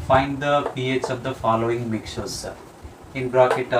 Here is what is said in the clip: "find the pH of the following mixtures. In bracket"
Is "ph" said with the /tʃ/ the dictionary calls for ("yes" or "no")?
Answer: no